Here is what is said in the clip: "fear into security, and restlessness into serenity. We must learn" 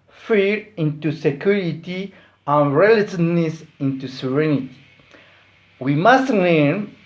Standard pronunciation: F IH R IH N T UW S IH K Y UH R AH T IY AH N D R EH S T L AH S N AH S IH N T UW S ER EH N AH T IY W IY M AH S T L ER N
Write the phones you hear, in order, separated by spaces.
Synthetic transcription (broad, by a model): F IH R IH N T UW S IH K Y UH R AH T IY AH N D R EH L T AH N N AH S IH N T UW S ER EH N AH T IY W IY M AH S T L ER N